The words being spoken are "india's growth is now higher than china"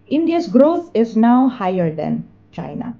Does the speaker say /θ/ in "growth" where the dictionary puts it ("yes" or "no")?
no